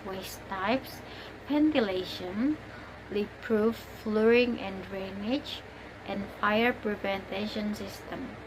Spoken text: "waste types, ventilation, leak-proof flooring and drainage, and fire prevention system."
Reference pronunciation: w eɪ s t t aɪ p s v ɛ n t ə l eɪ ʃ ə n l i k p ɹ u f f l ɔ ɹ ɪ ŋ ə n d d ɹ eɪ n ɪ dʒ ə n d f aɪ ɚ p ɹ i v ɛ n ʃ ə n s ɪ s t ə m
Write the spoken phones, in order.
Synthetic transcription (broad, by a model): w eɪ s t t aɪ p s p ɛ n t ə l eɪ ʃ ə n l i p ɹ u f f l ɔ ɹ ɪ ŋ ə n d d ɹ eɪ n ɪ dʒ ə n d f aɪ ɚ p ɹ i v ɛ n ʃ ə n s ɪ s t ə m